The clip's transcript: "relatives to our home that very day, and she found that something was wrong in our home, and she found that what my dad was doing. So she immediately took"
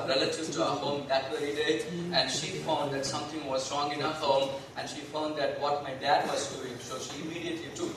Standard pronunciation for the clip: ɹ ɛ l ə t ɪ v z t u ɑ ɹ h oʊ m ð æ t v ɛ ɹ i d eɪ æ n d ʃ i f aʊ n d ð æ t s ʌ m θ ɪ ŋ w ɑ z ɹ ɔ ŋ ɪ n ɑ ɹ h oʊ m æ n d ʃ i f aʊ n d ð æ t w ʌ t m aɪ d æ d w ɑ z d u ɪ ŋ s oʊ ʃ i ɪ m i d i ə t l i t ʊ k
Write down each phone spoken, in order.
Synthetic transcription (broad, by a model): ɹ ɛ l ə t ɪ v t u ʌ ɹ h oʊ m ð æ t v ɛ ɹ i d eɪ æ n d ʃ i f aʊ n d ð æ t s ʌ m t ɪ ŋ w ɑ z ɹ ɔ ŋ ɪ n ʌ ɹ h oʊ m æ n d ʃ i f aʊ n d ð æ t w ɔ t m aɪ d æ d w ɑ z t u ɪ s oʊ ʃ i ɪ m i d i ə t l i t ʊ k